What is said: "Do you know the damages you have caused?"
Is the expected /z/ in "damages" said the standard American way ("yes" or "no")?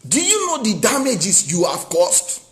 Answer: no